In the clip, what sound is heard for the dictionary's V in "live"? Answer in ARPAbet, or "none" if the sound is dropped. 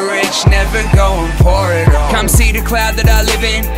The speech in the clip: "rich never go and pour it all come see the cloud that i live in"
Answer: V